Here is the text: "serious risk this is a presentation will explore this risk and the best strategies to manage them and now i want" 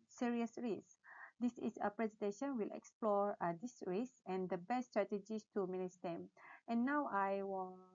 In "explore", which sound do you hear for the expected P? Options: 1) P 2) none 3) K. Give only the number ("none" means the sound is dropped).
1